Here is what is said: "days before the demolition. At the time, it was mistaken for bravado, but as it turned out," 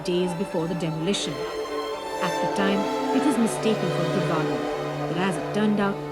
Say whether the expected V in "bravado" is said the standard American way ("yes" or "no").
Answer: no